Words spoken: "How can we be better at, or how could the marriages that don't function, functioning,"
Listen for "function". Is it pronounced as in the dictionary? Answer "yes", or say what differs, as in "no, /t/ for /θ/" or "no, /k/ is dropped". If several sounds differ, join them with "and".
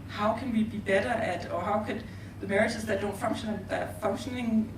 no, /k/ is dropped